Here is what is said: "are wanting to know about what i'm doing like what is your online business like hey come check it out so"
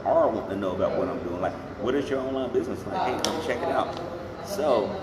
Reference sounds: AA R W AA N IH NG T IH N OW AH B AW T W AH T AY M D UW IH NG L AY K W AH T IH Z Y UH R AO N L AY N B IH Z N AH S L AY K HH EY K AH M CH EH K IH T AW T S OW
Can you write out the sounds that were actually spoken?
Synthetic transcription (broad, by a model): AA R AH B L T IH N OW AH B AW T W AH T AY M D UW IH NG L AY K W AH T IH Z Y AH R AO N L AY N B IH Z N AH S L AY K HH EY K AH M CH EH K IH T AW T S OW